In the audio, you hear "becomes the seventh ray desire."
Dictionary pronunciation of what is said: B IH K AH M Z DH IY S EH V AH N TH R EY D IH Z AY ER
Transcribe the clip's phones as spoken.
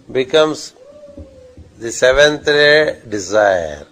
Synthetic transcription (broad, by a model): B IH K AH M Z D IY S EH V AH N T R EY D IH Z AY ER